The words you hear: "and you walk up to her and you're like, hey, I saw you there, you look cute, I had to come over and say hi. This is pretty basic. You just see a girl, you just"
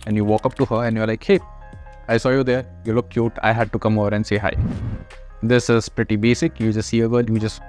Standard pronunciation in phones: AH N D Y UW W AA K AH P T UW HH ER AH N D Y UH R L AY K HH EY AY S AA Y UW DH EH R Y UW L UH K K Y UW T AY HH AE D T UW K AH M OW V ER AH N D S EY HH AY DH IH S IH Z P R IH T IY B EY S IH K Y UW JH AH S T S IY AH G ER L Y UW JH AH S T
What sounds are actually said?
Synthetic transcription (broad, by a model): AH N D Y UW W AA K AH P T UW HH ER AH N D Y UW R L AY K HH EY AY S AA Y UW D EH R Y UW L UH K K Y UW T AY HH AE D T UW K AH M OW V ER AH N D S EY HH AY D IH S IH Z P R IH T IY B EY S IH K Y UW JH AH S T S IY AH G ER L Y UW JH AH S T